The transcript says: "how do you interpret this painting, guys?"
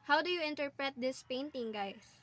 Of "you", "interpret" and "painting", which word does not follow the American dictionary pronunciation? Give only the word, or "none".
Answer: none